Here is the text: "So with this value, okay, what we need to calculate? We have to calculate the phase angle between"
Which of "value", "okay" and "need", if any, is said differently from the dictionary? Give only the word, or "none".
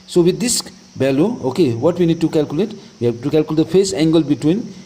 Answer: value